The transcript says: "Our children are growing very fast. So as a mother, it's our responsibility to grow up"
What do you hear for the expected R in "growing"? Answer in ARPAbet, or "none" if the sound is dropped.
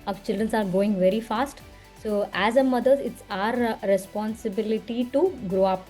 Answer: none